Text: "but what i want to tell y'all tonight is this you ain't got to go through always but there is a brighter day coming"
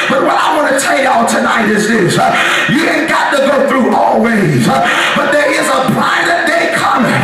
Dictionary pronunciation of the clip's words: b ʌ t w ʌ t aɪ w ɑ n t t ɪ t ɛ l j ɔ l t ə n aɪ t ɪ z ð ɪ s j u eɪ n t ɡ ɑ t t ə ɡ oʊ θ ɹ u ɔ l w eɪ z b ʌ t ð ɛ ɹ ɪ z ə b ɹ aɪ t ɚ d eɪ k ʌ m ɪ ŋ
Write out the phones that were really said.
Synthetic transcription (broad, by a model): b ʌ t w ʌ t aɪ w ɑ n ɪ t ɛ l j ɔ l t ə n aɪ t ɪ z ð ɪ s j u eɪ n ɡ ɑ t t ə ɡ oʊ θ ɹ u ɔ l w eɪ z b ʌ t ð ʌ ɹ ɪ z ə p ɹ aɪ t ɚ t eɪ k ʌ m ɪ